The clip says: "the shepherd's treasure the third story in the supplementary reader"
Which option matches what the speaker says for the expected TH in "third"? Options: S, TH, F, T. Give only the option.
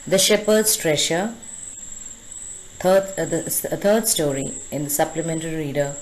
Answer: T